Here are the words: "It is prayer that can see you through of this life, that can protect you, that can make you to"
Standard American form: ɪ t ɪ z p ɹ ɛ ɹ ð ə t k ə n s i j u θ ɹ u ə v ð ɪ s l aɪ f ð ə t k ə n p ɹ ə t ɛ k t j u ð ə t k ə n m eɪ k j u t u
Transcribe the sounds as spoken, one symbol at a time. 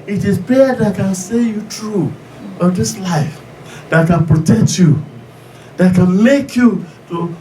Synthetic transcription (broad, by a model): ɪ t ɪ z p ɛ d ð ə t k ə n s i j u t ɹ u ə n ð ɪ s l aɪ f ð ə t k ə n p ɹ ə t ɛ k t j u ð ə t k ə n m eɪ k j u t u